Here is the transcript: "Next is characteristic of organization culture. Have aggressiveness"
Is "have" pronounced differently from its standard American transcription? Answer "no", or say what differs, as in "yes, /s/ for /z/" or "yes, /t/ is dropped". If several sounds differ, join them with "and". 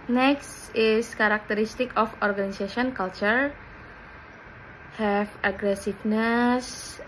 yes, /f/ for /v/